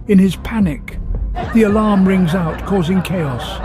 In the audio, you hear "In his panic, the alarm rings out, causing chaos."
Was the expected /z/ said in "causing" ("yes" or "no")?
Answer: yes